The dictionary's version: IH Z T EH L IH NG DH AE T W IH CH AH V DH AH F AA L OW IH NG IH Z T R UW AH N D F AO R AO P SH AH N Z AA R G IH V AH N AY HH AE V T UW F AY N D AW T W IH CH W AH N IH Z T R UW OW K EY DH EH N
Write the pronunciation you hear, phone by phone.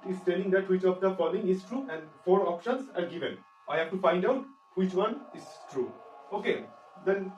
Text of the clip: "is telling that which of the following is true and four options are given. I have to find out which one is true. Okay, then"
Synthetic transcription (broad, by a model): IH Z T EH L IH NG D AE T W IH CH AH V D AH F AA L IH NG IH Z T R UW AH N D F AO R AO P SH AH N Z AA R G IH V AH N AY HH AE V T UW F AY N D AW T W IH CH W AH N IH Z T R UW OW K EY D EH N